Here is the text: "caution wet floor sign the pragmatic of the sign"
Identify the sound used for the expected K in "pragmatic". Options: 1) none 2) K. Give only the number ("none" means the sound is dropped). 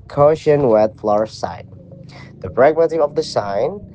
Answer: 1